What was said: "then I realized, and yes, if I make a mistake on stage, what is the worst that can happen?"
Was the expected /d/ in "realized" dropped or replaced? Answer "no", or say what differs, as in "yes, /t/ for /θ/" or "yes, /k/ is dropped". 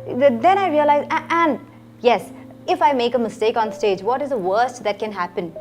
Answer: yes, /d/ is dropped